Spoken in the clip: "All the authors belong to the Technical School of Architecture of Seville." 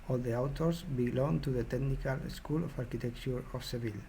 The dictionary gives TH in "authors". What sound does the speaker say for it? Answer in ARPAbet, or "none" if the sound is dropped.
T